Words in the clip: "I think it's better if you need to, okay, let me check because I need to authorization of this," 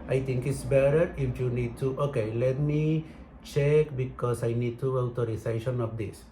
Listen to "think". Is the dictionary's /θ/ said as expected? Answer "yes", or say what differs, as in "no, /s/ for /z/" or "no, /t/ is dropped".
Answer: no, /t/ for /θ/